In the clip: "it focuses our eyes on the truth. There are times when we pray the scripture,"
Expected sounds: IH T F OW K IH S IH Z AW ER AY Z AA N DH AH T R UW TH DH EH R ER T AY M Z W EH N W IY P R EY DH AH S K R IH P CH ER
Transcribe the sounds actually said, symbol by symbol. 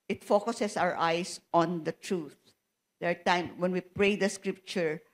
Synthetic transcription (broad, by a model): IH T F OW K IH S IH S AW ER AY S AA N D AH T R UW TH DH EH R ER T AY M W EH N W IY P R EY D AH S K R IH P CH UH